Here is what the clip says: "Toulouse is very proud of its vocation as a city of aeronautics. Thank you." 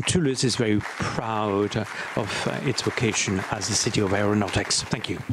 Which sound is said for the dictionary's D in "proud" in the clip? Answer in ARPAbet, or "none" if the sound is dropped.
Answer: D